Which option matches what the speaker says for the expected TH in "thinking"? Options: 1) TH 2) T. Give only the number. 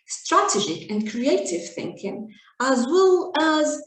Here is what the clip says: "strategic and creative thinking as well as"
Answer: 1